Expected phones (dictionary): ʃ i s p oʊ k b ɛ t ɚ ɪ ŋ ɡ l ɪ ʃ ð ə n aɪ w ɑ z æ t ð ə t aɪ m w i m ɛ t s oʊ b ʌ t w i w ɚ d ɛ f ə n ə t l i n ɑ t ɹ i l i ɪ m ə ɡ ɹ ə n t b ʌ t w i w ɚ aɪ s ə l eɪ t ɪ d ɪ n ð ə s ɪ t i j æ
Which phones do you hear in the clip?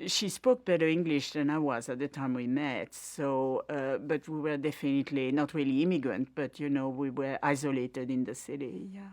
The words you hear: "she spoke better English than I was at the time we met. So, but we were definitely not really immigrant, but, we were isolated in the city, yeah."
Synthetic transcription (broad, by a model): ʃ i s p oʊ k b ɛ t ɚ ɪ ŋ ɡ l ɪ ʃ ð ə n aɪ w ɑ z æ t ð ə t aɪ m w i m ɛ t s oʊ b ʌ t w i w ɚ d ɛ f ə n ə t l i n ɑ t ɹ i l i ɪ m ə ɡ ɹ ə n t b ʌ t w i w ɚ aɪ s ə l eɪ t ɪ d ɪ n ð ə s ɪ t i j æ